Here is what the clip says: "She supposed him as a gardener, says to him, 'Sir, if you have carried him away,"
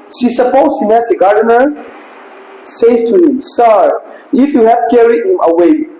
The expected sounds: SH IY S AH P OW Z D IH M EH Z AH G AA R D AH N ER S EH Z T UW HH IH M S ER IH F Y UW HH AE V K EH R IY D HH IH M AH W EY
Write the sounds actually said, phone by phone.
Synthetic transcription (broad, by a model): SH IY S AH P OW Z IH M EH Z AH G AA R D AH N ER S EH S T UW HH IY M S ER IH F Y UW HH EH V K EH R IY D HH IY M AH W EY